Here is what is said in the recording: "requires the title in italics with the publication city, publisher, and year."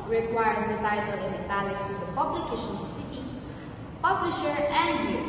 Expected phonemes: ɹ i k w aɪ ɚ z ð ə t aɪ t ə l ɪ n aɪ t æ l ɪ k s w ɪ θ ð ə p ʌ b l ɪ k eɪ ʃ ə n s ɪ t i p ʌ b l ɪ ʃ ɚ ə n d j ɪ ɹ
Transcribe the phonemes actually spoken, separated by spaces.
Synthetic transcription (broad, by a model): ɹ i k w aɪ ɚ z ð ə t aɪ t ə l ɪ n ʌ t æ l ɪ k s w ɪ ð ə p ʌ b l ɪ k eɪ ʃ ə n s ɪ t i p ʌ b l ɪ ʃ ɚ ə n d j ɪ